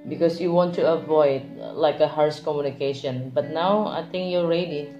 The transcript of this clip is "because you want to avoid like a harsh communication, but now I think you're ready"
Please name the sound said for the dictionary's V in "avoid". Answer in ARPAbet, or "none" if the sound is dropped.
V